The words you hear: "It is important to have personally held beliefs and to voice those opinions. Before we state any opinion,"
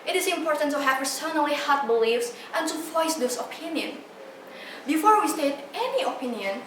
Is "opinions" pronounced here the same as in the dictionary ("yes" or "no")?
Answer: no